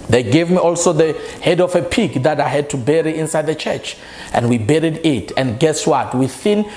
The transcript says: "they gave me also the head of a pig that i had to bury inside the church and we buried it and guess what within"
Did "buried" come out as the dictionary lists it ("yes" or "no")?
yes